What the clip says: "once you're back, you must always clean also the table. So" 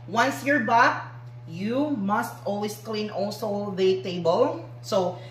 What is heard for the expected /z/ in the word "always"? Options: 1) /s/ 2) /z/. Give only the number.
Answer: 1